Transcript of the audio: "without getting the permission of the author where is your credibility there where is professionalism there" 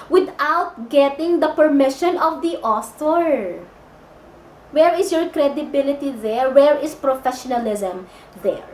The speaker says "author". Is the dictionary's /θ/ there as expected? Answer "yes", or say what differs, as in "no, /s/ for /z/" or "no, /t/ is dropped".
no, /s/ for /θ/